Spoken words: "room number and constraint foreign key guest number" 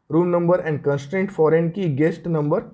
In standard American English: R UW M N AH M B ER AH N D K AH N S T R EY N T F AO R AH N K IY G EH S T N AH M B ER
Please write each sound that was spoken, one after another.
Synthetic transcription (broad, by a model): R UW M N AH M B ER AH N D K AH N S T R EY N T F AO R AH N K IY G EH S T N AH M B ER